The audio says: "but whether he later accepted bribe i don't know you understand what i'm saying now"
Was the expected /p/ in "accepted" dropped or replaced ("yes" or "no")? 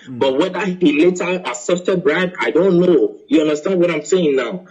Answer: yes